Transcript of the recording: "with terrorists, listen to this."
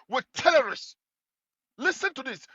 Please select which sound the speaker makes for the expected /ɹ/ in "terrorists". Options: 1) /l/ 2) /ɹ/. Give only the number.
1